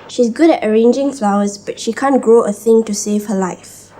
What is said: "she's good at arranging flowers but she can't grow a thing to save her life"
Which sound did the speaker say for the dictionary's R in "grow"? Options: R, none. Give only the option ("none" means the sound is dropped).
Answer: none